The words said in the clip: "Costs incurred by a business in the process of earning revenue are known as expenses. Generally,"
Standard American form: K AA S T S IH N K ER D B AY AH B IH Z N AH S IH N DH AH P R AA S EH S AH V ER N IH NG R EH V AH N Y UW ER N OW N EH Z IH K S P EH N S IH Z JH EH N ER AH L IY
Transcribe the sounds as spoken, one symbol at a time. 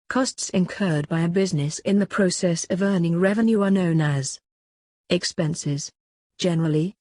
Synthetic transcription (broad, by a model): K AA S T S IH N K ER D B AY AH B IH Z N AH S IH N DH AH P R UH S EH S AH V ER N IH NG R EH V AH N Y UW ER N OW N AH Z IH K S P EH N S IH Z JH EH N ER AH L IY